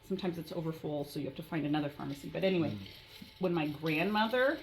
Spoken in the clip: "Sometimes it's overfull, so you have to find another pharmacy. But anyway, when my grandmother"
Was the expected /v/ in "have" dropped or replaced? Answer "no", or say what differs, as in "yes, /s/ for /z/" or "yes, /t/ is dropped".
yes, /f/ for /v/